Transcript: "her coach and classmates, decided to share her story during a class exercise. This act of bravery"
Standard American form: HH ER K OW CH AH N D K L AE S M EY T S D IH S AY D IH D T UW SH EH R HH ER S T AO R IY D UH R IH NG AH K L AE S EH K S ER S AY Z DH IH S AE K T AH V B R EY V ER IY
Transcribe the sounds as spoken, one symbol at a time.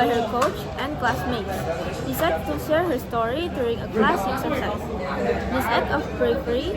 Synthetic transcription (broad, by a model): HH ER K OW CH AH N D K L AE S M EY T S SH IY S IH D T UW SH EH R HH ER S T AO R IY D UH R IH NG AH K L AE S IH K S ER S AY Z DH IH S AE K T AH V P R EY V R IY